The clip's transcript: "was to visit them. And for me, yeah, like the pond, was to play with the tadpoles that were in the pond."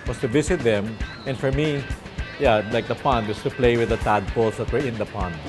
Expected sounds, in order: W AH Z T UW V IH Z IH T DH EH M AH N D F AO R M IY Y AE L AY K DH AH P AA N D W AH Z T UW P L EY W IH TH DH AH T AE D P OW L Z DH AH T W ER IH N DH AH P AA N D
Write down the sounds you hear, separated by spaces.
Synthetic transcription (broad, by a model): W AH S T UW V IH S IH T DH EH M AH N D F AO R M IY Y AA L AY K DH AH P AA N D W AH S T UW P L EY W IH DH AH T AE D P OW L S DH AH T W ER IH N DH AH P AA N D